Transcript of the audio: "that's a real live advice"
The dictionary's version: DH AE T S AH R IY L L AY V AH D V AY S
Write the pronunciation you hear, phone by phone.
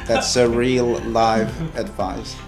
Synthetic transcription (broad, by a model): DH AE T S AH R IY L L AY V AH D V AY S